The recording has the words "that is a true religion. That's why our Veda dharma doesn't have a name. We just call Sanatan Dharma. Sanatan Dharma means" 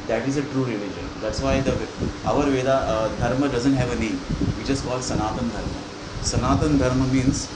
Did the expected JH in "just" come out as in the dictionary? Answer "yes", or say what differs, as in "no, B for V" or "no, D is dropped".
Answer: no, CH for JH